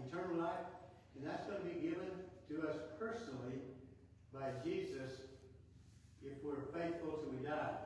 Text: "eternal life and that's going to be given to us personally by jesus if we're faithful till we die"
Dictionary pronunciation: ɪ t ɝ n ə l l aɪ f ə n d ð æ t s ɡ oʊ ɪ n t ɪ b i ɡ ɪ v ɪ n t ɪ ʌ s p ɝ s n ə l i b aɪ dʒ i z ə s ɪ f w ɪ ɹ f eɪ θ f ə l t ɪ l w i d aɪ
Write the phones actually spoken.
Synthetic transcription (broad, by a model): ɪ t ɝ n l l aɪ f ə n ð æ t s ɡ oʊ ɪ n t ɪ b i ɡ ɪ v ɪ n t ɪ ʌ s p ɝ s n l i b aɪ dʒ i z ə s ɪ f w ɪ ɹ f eɪ θ f l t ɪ w i d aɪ